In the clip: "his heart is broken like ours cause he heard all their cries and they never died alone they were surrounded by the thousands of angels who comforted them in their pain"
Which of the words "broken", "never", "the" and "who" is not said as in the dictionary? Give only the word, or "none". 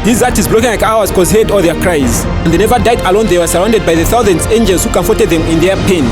broken